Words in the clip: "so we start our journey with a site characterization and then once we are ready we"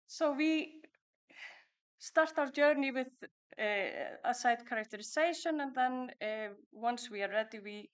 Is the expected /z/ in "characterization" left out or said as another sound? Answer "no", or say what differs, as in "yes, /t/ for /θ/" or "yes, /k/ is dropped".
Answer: yes, /s/ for /z/